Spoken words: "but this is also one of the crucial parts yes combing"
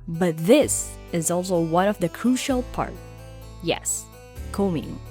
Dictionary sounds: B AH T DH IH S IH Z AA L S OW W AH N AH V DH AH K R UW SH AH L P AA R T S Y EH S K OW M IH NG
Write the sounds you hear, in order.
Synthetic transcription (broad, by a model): B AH T DH IH S IH Z AA L S OW W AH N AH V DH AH K R UW SH AH L P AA R T Y EH S K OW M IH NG